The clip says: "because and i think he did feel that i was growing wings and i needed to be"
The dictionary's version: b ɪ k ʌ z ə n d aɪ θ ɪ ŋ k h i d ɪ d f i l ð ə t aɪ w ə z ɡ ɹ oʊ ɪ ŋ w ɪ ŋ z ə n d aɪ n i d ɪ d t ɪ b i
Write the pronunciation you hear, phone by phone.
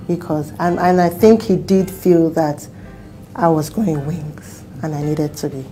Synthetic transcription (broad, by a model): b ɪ k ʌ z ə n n aɪ θ ɪ ŋ k h i d ɪ d f i l ð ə t aɪ w ə z ɡ oʊ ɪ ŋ w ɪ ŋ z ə n aɪ n i d ɪ d t ɪ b i